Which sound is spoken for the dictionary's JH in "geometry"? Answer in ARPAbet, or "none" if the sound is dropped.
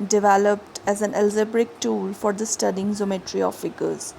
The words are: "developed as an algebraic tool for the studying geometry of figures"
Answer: Z